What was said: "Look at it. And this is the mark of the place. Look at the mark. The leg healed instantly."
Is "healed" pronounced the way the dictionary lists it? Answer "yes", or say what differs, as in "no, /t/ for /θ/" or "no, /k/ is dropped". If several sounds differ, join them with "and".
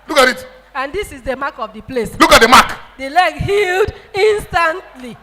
yes